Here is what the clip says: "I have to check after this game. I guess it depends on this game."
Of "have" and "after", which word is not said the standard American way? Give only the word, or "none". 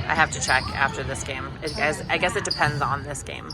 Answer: have